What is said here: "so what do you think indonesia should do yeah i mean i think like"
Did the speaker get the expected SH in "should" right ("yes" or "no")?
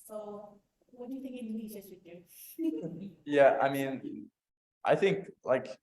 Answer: no